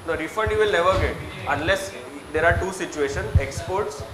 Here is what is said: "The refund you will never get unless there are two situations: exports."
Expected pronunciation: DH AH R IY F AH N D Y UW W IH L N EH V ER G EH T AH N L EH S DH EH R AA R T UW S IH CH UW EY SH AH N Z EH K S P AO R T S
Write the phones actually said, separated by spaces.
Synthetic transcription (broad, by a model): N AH R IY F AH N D Y UW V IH L N EH V ER G EH T AH N L EH S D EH R AA R T UW S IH CH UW EY SH AH N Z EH K S P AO R T S